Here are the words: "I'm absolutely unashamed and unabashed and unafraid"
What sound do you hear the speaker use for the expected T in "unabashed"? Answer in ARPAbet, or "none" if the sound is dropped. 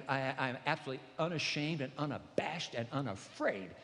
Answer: T